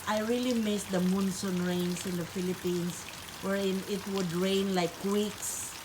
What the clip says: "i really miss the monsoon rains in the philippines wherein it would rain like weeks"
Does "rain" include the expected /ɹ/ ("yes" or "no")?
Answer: yes